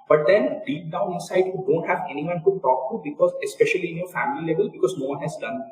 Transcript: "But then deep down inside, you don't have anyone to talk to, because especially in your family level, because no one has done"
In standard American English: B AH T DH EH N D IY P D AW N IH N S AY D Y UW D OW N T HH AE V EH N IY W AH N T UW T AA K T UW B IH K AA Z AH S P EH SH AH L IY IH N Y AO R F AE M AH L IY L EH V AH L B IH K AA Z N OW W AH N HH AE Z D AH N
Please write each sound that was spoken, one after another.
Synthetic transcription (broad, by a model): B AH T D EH N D IY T D AW N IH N S AY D Y UW D OW N T HH AE V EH N IY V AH N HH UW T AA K T UW B IH K AA Z AH S P EH SH AH L IY IH N Y AO R F AE M AH L IY L EH V AH L B IH K AA Z N OW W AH N HH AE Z D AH N